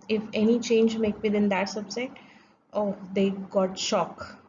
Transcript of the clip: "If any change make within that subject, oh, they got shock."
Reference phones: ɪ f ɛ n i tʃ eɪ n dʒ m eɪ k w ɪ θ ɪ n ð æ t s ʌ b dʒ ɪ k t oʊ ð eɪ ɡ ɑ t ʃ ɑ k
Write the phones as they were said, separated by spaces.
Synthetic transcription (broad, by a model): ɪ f ɛ n i tʃ eɪ n dʒ m eɪ k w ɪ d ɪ n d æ t s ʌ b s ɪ t oʊ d eɪ ɡ ɑ t ʃ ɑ k